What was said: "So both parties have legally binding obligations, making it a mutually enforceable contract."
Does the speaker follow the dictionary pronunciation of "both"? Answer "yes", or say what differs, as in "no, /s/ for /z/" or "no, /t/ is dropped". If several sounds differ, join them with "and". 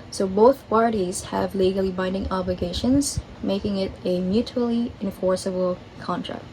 yes